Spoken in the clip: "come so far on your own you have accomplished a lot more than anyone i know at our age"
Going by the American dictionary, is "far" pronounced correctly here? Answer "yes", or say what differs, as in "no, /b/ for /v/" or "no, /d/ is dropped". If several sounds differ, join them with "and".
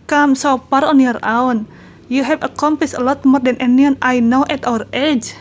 no, /p/ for /f/